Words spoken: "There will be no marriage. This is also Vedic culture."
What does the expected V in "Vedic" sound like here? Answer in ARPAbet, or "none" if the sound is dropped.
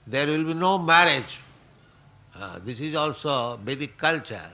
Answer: B